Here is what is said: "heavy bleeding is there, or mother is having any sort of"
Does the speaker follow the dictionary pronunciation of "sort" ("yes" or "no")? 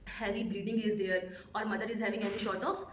no